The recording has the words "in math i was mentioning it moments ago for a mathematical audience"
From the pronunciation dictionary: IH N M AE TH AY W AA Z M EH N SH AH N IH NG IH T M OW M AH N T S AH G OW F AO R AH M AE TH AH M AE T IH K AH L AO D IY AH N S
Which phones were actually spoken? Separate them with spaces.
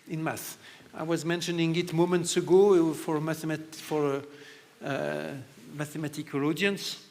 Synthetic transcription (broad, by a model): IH N M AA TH AY W AA Z M EH N SH AH N IH NG IH T M OW M AH N T S AH G OW F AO R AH M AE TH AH M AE T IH K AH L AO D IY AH N S